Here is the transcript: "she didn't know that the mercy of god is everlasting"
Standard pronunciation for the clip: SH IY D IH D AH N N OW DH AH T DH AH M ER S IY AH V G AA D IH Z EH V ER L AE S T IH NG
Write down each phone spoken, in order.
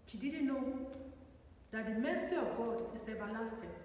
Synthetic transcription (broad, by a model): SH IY D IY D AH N N OW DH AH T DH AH M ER S IY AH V G AA D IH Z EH V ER L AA S T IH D